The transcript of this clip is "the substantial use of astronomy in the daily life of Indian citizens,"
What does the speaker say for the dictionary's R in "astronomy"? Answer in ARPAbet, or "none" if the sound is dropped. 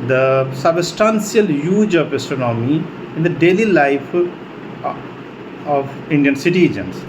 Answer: none